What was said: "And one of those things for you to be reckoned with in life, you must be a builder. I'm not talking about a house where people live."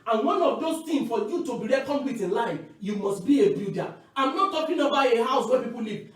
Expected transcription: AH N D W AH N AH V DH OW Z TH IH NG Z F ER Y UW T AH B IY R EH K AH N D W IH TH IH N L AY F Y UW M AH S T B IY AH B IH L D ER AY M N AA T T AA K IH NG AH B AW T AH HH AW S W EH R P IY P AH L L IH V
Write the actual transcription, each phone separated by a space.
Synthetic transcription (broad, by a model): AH N W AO N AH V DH OW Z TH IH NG F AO Y UW T AH B IY R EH K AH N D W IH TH IH N L AY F Y UW M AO S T B IY AH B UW D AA AY M N AA T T AA K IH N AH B AW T AH HH AW S W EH P IY P AH L L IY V